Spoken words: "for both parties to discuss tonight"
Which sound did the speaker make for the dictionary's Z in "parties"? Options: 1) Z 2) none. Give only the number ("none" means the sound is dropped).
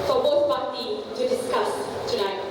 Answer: 2